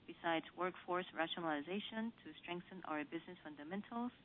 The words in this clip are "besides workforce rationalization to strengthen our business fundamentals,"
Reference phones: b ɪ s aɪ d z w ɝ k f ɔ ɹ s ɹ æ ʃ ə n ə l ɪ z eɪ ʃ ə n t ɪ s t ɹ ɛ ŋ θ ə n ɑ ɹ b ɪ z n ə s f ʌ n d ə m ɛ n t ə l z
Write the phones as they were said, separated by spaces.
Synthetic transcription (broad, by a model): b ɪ s aɪ d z w ɝ k f ɔ ɹ s ɹ æ ʃ ə n ə l ɪ z eɪ ʃ ə n t ɪ s t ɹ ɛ ŋ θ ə n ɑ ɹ b ɪ z n ə s f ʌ n d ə m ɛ n t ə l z